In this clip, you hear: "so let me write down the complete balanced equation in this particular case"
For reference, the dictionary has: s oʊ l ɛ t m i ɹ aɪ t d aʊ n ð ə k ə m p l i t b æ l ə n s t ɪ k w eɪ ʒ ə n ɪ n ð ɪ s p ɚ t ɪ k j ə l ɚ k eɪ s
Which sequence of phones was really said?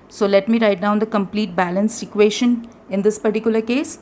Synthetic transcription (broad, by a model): s oʊ l ɛ t m i ɹ aɪ t d aʊ n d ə k ə m p l i t b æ l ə n s ɪ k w eɪ ʃ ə n ɪ n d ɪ s p ɚ t ɪ k j ə l ɚ k eɪ s